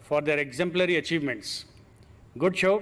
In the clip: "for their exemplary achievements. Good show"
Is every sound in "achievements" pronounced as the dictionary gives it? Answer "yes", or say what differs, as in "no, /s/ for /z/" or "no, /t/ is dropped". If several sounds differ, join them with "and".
yes